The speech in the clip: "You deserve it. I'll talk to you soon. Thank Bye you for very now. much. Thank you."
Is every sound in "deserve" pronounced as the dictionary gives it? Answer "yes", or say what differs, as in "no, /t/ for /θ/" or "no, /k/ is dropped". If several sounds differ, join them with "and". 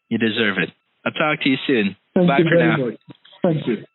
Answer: yes